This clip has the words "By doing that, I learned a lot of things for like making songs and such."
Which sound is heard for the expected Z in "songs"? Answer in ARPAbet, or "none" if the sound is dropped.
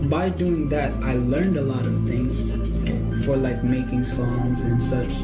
Z